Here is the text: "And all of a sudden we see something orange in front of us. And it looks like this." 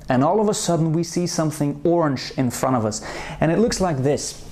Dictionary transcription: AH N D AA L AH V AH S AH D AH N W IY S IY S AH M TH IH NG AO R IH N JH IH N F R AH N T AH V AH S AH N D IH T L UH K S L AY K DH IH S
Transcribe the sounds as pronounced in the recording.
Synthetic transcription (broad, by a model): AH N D AA L AH V AH S AH D N W IY S IY S AH M TH IH NG AO R IH N JH IH N F R AH T AH V AH S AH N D IH T L UH K S L AY K DH IH S